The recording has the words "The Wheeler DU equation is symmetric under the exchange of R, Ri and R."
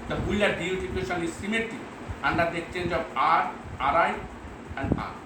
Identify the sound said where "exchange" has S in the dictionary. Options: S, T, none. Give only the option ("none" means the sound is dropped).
S